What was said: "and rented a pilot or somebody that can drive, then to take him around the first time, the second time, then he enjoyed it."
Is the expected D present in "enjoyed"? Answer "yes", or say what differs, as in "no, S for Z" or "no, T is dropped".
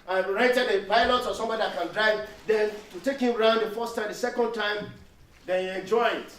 no, D is dropped